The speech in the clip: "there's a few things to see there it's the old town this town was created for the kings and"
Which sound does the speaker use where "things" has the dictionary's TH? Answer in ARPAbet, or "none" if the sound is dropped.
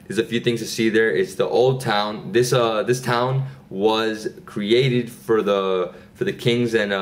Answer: TH